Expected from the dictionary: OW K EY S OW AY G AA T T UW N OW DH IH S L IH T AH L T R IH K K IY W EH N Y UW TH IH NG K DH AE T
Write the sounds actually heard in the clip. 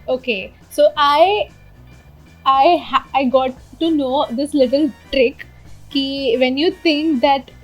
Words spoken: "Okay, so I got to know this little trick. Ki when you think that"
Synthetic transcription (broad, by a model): OW K EY S OW AY G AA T T UW N OW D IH S L IH T AH L T R IH K K IY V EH N Y UW T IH NG K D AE T